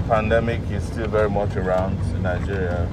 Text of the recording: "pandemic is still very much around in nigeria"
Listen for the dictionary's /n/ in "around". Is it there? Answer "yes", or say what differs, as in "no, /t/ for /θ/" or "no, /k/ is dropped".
yes